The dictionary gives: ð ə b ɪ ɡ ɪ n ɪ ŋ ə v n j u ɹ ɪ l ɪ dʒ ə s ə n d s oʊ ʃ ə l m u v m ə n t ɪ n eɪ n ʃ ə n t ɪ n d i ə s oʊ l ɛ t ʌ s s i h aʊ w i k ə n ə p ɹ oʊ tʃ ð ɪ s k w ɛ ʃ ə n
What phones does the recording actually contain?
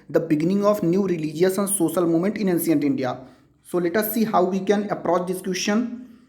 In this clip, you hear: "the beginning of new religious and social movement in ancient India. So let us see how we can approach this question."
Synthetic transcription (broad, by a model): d ə b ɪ ɡ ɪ n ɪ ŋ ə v n j u ɹ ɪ l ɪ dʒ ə s ə n d s oʊ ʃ ə l m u m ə n t ɪ n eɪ n s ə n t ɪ n d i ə s oʊ l ɛ t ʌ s s i h aʊ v i k ə n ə p ɹ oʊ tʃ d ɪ s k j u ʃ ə n